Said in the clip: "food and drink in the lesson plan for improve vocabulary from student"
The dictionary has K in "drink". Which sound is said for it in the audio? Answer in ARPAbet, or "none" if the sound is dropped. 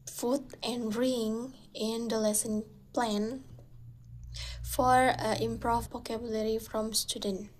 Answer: none